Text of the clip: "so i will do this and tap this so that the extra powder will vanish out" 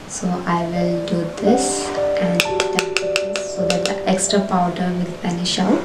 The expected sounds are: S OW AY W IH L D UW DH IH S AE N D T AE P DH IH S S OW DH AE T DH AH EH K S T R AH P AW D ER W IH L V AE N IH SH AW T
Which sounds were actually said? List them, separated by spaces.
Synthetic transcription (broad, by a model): S OW AY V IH L D UW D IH S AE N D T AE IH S S OW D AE T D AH EH K S T R AH P AW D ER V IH L P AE N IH SH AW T